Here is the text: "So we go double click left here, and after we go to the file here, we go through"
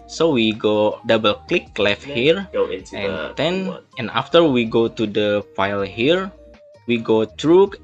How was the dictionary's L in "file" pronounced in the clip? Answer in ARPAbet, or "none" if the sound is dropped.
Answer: L